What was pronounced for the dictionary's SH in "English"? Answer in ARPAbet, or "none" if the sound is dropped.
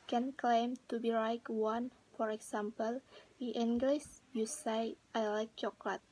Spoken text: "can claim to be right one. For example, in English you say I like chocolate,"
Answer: S